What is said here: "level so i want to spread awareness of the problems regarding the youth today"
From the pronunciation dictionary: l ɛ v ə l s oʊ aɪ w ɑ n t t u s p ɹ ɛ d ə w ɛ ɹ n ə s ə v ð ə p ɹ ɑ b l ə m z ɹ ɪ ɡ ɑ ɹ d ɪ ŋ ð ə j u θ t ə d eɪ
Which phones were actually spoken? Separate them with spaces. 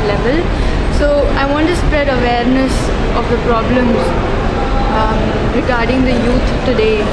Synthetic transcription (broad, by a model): l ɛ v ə l s oʊ aɪ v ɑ n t t u s p ɹ ɛ d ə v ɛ ɹ n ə s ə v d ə p ɹ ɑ b l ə m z ɹ ɪ ɡ ɑ ɹ d ɪ ŋ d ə j u t t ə d eɪ